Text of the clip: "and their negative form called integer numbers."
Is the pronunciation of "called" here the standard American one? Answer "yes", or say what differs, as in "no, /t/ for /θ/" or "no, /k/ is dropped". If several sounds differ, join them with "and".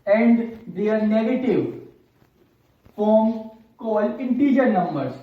no, /d/ is dropped